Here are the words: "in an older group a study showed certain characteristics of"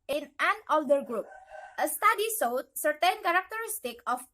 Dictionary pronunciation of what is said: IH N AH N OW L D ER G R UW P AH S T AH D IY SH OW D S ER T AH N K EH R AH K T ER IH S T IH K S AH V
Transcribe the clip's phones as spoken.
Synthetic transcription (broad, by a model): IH N AH N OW L D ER G R UW P AH S T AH D IY S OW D S ER T AH N K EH R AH K T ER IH S T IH K AH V